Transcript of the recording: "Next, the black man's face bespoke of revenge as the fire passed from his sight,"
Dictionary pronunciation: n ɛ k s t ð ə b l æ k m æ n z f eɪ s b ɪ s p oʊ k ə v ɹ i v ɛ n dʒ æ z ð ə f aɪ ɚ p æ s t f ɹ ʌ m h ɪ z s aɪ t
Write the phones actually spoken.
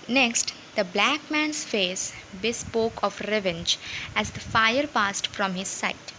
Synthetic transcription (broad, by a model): n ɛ k s t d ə b l æ k m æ n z f eɪ s b ɪ s p oʊ k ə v ɹ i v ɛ n dʒ æ z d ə f aɪ ɚ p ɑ s t f ɹ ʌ m h ɪ z s aɪ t